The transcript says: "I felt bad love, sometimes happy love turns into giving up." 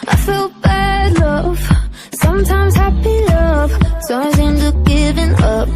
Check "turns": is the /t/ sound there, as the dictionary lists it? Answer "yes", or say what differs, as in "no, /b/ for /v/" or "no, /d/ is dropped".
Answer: no, /s/ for /t/